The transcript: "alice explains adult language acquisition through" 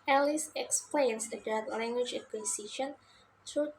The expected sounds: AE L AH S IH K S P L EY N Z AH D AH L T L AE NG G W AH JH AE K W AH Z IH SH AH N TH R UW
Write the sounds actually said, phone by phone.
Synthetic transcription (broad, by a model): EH L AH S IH K S P L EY N S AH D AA T L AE NG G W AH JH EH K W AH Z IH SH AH N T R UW